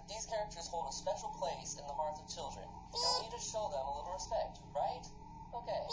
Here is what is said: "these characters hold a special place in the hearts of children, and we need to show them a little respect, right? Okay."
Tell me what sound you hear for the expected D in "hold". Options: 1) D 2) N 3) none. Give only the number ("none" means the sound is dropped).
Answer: 1